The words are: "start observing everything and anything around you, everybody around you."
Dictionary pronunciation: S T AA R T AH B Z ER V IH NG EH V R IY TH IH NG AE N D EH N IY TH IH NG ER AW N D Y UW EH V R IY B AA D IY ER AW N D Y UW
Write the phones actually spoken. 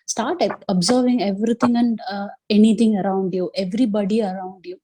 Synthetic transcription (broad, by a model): S T AA R T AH B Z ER V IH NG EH V R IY T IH NG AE N D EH N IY T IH NG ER AW N D Y UW EH V R IY B AA D IY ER AW N D Y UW